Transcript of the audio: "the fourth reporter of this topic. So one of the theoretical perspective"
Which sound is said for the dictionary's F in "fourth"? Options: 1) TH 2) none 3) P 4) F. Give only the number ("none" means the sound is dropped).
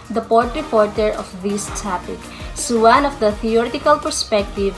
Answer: 3